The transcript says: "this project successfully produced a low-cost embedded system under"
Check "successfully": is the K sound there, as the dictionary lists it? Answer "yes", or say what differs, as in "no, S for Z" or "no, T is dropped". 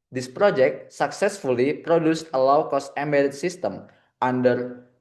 yes